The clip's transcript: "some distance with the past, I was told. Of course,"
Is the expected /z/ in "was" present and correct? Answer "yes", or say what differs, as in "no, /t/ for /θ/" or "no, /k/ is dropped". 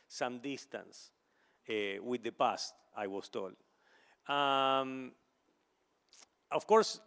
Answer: no, /s/ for /z/